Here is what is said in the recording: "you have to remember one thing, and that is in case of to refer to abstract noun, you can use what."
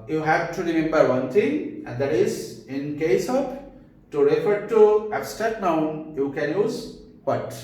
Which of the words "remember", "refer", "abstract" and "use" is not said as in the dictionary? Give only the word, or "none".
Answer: abstract